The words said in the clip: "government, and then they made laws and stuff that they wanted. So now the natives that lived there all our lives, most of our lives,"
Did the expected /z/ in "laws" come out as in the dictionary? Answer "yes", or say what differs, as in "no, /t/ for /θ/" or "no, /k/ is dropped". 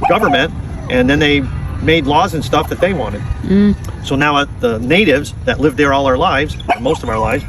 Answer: yes